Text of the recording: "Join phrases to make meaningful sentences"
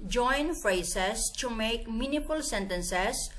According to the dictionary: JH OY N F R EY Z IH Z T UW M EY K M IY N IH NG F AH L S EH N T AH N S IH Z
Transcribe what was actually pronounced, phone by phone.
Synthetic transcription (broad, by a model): JH OY N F R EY S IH S T UW M EY K M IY N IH F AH L S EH N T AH N S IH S